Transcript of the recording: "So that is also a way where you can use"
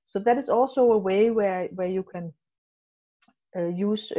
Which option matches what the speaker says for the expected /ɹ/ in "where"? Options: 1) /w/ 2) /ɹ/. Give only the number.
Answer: 1